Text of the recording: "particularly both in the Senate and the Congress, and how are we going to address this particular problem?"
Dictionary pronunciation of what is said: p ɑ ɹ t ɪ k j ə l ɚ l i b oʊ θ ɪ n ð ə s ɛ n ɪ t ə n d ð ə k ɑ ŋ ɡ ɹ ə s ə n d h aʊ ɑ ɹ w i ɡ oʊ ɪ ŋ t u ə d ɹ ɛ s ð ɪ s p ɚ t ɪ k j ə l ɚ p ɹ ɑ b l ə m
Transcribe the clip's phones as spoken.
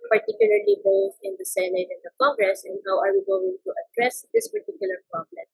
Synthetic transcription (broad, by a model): p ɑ ɹ t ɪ k j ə l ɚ l i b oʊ t ɪ n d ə s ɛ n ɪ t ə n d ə k ɑ ŋ ɡ ɹ ə s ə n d h aʊ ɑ ɹ w i ɡ oʊ ɪ ŋ t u ə d ɹ ɛ s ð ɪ s p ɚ t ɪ k j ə l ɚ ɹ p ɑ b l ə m